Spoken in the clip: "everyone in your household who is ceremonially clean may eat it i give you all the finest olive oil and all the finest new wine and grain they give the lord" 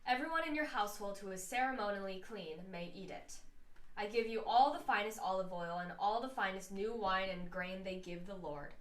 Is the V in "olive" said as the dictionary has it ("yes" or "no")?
yes